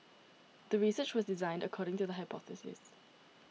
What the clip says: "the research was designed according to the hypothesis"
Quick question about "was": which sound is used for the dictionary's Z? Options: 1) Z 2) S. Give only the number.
1